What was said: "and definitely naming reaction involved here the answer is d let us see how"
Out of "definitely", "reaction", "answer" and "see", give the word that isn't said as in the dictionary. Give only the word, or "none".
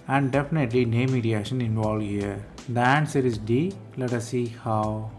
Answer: reaction